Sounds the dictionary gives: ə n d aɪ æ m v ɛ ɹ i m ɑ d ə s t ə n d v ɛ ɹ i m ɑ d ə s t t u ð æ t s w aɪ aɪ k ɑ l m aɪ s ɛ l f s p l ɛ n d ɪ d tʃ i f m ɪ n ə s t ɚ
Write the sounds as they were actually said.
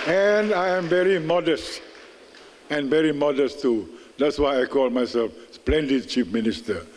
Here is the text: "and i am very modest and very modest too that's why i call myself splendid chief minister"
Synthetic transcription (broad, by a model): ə n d aɪ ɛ m v ɛ ɹ i m ɑ d ə s t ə n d v ɛ ɹ i m ɑ d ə s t t u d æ t s w aɪ aɪ k ɑ l m aɪ s ɛ l f s p l ɛ n d ɪ d tʃ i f m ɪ n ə s t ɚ